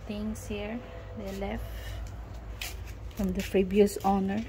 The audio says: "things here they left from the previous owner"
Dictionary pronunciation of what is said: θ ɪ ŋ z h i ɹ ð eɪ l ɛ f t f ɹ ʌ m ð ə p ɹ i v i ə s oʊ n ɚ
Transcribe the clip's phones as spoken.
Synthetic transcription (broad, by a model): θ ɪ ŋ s h i ɹ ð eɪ l ɛ f t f ɹ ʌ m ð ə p ɹ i b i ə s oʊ n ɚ